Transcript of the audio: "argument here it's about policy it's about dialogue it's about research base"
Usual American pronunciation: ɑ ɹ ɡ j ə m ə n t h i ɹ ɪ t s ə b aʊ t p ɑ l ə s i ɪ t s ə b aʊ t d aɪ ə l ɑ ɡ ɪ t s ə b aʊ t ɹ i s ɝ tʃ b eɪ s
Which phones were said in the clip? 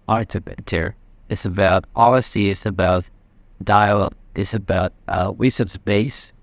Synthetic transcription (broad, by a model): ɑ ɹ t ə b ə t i ɹ ɪ t s ə b aʊ t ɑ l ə s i ɪ t s ə b aʊ t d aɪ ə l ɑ ɪ t s ə b aʊ t w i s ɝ s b eɪ s